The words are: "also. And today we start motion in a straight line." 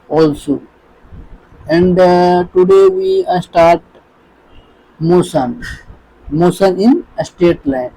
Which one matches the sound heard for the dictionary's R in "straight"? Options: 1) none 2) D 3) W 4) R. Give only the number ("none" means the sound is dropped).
1